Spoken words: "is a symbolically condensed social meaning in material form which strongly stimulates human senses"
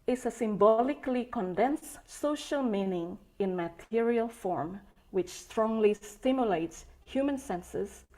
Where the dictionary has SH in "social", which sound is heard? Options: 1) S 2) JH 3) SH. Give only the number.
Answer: 3